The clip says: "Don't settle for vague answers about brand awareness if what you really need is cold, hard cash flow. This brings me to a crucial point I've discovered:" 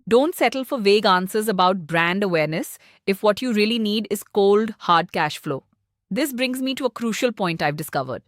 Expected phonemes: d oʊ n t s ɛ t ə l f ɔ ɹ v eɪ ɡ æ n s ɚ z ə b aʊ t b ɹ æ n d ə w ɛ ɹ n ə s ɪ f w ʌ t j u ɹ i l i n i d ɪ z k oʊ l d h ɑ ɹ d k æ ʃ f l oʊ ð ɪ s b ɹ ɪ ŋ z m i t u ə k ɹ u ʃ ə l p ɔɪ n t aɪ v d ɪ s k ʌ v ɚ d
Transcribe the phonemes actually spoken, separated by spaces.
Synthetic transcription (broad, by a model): d oʊ n t s ɛ t ə l f ɔ ɹ v eɪ ɡ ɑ n s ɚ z ə b aʊ t b ɹ æ n d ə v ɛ ɹ n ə s ɪ f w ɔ t j u ɹ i l i n i d ɪ z k oʊ l d h ɑ ɹ d k æ ʃ f l oʊ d ɪ s b ɹ ɪ ŋ z m i t u ə k ɹ u ʃ ə l p ɔɪ n t aɪ v d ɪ s k ʌ v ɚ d